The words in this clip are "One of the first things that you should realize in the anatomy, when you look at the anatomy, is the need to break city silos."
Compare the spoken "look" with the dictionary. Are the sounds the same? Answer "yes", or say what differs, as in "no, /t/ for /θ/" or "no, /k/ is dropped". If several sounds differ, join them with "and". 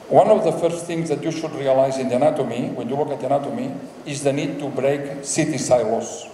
no, /w/ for /l/